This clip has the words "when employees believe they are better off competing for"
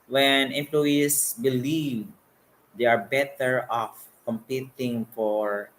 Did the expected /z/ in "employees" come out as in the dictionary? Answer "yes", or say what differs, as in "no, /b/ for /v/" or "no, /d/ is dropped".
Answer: no, /s/ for /z/